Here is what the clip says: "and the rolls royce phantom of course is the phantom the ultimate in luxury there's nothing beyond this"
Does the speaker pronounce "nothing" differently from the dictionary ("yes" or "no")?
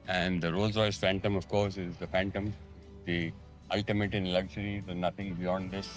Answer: yes